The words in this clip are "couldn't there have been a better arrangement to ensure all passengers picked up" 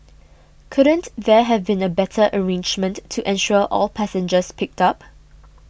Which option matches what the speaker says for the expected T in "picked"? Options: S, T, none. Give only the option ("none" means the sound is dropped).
T